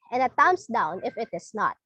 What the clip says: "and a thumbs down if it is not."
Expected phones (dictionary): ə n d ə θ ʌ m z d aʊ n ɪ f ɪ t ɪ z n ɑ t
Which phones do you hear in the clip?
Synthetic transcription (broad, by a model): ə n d ə t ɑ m s d aʊ n ɪ f ɪ t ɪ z n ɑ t